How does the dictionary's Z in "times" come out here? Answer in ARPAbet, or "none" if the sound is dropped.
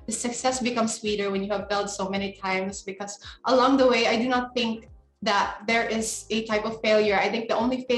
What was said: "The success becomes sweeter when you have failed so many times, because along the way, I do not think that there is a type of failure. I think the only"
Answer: S